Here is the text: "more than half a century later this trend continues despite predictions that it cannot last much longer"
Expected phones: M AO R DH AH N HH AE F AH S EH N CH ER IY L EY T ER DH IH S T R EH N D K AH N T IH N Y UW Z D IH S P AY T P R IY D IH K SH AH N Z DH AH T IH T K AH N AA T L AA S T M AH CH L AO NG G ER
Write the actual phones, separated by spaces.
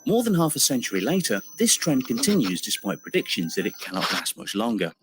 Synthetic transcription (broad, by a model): M AO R DH AH N HH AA F AH S EH N CH ER IY L EY T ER DH IH S T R EH N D K AH N T IH N Y UW Z D IH S P AY T P R IY D IH K SH AH N Z DH AH T IH T K AH N AA T L AA S T M AH CH L AO NG G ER